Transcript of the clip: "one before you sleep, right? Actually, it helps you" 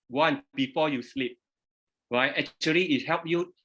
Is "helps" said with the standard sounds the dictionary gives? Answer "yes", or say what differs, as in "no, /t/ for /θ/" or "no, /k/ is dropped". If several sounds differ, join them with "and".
no, /s/ is dropped